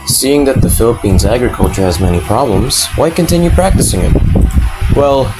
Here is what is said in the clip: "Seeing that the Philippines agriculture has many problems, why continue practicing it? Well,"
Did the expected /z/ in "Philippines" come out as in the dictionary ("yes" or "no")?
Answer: yes